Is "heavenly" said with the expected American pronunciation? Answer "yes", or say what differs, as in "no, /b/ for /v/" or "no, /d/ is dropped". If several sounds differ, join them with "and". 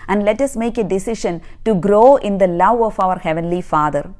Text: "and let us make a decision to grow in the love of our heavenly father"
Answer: yes